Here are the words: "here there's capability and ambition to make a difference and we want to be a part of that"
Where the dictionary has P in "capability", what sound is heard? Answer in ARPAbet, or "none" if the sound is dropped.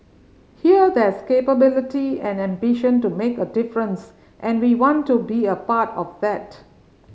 P